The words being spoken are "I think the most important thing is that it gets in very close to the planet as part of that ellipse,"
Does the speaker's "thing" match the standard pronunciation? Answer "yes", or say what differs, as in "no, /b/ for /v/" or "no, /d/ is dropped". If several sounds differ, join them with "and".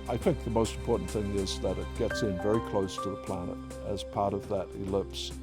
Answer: yes